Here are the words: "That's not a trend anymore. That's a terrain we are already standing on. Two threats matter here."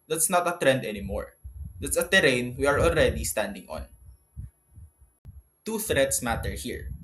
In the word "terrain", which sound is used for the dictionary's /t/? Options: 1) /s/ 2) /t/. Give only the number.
2